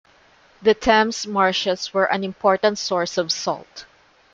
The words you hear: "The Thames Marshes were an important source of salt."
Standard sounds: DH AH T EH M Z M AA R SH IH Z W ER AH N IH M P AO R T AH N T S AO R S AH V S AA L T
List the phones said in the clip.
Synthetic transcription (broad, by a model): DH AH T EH M S M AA R SH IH S W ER AH N IH M P AO R T AH N T S AO R S AH V S AA L T